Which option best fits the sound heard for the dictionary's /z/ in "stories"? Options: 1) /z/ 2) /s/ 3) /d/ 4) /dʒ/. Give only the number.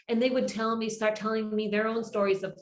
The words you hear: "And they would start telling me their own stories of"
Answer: 1